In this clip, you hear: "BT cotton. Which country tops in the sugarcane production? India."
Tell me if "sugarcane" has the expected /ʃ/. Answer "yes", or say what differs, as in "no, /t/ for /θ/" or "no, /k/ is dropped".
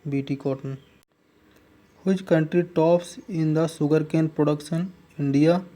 no, /s/ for /ʃ/